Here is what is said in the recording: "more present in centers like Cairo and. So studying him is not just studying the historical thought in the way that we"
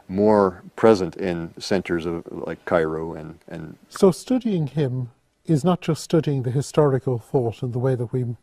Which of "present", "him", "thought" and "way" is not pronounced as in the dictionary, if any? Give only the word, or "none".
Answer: none